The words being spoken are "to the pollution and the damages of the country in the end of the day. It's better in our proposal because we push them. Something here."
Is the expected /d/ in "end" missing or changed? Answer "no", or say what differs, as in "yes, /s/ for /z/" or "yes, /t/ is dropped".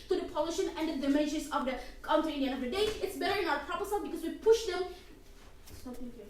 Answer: yes, /d/ is dropped